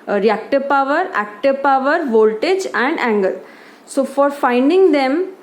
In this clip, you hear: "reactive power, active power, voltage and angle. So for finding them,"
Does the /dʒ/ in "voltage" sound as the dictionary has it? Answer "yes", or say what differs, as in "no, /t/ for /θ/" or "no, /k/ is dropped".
yes